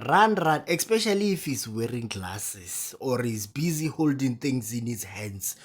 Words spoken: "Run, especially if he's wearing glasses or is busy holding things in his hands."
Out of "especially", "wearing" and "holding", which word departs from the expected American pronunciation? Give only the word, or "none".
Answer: none